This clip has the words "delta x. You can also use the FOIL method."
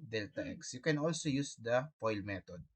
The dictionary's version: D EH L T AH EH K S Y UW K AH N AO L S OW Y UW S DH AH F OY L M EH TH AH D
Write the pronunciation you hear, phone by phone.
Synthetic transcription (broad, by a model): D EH L T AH EH K S Y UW K AH N AO L S OW Y UW S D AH P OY L M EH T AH D